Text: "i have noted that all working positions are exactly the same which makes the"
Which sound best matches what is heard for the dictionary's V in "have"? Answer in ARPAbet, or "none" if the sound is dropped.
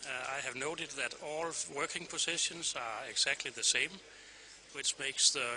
V